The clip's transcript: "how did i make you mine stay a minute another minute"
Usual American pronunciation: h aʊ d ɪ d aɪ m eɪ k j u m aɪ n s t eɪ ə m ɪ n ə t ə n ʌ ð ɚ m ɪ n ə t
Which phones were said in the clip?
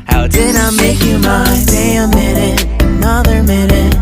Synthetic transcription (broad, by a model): h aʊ d ɪ d aɪ m eɪ k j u m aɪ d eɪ ə m ɪ n ə t ə n ʌ ð ɚ m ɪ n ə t